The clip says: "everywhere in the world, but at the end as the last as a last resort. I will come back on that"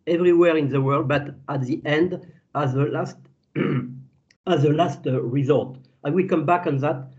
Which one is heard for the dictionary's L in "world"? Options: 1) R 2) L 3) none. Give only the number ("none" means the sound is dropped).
2